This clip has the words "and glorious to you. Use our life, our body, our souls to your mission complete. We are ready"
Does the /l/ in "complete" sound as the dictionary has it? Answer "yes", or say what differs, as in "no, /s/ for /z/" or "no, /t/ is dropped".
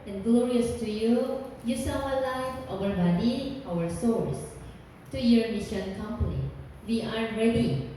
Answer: no, /n/ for /l/